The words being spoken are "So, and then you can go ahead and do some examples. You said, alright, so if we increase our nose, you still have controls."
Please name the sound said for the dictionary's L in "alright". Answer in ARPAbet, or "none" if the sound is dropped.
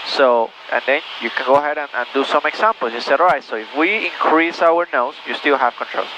none